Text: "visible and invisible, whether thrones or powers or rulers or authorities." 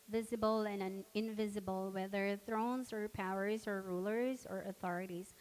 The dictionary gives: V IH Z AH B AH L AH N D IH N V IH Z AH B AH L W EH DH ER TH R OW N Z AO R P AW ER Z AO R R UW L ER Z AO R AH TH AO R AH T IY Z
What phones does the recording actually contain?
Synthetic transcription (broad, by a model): V IH Z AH B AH L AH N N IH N V IH Z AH B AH L W EH DH ER TH R OW N Z AO R P AW ER Z AO R R UW L ER Z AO R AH TH AO R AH T IY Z